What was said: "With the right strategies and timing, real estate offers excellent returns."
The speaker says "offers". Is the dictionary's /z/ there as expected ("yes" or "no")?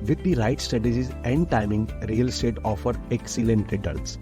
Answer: no